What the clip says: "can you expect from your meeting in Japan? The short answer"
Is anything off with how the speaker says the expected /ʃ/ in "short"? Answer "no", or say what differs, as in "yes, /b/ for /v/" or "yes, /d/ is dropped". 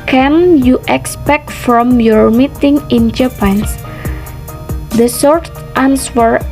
yes, /s/ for /ʃ/